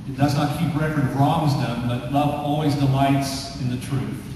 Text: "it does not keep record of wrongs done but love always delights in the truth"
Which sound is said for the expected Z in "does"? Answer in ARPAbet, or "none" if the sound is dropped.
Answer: Z